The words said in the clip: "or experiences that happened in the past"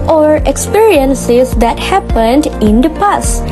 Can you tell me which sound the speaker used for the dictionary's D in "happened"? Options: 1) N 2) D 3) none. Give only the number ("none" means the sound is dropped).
2